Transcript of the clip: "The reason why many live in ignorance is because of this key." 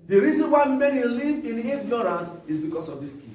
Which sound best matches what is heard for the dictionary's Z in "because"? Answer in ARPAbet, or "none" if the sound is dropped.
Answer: S